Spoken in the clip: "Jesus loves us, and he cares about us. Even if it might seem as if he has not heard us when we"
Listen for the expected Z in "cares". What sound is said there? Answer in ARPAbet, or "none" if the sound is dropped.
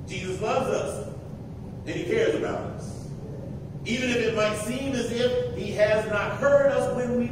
Z